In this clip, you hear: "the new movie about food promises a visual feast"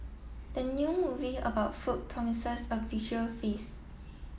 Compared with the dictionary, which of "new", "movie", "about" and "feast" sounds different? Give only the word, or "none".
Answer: feast